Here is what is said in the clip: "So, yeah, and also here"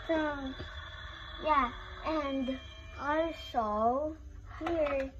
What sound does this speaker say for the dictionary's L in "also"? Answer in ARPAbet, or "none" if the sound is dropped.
none